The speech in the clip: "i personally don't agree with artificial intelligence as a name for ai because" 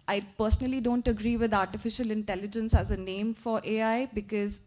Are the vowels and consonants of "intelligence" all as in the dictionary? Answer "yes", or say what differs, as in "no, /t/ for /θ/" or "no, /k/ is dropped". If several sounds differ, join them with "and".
yes